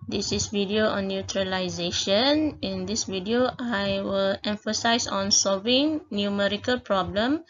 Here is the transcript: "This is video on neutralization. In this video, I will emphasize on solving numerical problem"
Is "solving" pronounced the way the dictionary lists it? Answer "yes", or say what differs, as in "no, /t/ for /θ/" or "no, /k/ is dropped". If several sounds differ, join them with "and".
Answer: yes